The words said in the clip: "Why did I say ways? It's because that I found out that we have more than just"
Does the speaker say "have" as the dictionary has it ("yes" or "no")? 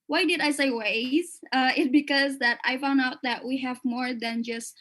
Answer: yes